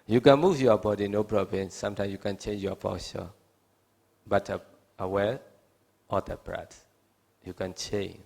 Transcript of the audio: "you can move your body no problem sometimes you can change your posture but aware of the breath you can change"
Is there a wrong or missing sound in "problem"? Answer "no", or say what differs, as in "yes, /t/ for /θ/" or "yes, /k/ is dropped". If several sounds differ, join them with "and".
yes, /b/ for /p/